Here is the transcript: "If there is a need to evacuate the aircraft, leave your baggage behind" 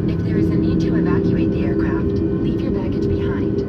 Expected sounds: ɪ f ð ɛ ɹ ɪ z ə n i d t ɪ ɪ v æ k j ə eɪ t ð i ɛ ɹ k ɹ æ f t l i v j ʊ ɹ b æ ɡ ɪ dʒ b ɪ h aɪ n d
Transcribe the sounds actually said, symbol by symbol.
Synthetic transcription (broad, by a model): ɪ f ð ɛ ɹ ɪ z ə n i d t ɪ ɪ v æ k j ə eɪ t ð i ɛ ɹ k ɹ æ f t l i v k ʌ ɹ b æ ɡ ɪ z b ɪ h aɪ n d